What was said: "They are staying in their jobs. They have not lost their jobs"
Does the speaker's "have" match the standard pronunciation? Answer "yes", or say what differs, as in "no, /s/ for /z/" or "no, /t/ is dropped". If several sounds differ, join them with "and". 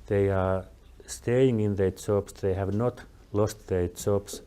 yes